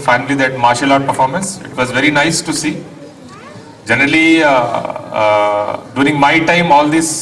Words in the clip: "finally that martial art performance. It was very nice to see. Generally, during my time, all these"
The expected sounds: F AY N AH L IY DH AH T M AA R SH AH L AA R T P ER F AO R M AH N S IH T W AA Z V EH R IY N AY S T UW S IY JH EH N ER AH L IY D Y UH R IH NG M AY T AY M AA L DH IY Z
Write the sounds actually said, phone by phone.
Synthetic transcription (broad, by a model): F AY N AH L IY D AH T M AA R SH AH L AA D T P ER F AO R M AH N S IH T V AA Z V EH R IY N AY S T UW S IY JH EH N ER AH L IY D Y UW R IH NG M AY T AY M AA L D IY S